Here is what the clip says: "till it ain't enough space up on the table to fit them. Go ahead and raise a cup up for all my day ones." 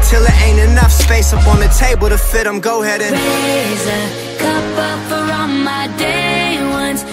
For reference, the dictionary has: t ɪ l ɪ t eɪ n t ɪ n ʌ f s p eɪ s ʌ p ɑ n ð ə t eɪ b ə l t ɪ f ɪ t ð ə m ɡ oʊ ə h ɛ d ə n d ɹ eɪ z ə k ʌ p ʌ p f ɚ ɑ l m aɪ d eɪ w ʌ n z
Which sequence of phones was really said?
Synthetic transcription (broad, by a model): t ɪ l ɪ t eɪ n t ɪ n ʌ f s p eɪ s ʌ p ɑ n ð ə t eɪ b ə l t ɪ f ɪ t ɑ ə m ɡ oʊ ə h ɛ d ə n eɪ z ə k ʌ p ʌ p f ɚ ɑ n m aɪ d eɪ w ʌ n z